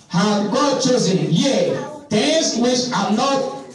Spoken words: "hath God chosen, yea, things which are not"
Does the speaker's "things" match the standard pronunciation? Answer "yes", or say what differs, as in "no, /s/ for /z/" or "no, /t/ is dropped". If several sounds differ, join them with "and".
no, /t/ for /θ/